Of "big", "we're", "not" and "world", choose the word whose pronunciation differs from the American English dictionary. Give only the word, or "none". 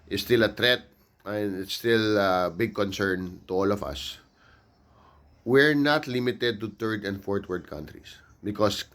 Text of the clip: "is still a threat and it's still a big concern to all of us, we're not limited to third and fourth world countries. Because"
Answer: world